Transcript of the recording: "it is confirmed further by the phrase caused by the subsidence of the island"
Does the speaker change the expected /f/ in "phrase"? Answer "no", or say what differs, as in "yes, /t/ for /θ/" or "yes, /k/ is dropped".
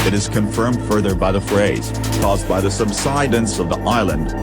no